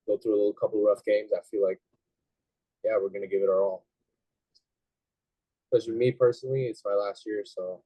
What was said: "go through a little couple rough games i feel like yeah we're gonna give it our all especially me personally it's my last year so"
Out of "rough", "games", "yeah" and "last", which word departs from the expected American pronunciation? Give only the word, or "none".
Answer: none